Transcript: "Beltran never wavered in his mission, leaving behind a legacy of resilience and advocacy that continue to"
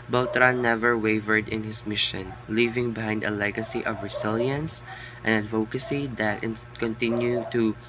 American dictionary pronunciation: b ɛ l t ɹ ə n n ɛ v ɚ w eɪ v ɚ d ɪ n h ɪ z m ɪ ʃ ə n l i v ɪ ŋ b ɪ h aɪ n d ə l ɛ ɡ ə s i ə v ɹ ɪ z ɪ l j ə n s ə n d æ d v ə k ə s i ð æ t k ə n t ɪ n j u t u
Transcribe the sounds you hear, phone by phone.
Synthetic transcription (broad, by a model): b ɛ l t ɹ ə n n ɛ v ɚ w eɪ v ɚ d ɪ n h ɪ s m ɪ ʃ ə n l i v ɪ ŋ b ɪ h aɪ n d ə l ɛ ɡ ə s i ə v ɹ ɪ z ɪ l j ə n s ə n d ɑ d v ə k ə s i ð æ t k ə n t ɪ n j u t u